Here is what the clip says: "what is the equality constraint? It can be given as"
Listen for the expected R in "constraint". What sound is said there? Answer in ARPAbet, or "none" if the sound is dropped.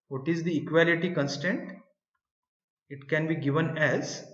none